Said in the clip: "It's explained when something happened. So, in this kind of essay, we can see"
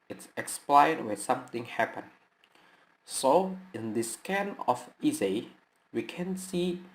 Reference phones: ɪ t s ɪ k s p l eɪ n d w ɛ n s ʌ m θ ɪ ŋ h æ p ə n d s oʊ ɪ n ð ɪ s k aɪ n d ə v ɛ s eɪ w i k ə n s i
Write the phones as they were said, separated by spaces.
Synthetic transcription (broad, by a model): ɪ t s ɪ k s p l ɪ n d w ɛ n s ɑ m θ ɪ ŋ h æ p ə n s oʊ ɪ n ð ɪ s k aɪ n ə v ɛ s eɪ w i k ə n s i